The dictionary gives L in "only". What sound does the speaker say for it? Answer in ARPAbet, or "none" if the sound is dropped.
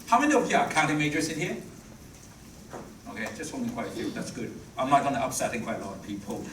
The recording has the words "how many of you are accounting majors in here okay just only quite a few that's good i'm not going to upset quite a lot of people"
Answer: none